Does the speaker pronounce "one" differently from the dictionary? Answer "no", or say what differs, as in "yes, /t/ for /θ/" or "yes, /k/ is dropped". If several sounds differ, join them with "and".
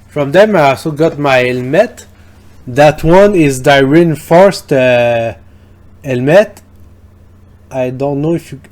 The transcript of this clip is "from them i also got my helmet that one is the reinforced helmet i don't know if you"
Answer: no